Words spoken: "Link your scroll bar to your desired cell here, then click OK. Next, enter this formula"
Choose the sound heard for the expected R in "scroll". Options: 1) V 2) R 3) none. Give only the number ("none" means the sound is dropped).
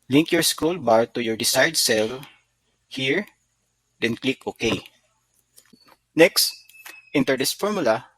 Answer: 3